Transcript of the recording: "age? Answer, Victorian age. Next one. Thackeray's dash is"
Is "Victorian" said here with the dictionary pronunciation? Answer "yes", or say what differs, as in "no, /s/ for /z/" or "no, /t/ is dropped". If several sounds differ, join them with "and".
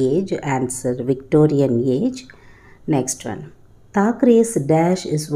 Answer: yes